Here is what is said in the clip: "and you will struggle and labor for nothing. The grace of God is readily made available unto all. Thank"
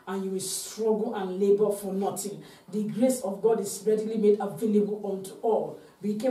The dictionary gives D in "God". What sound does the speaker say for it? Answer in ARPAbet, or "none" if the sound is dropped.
D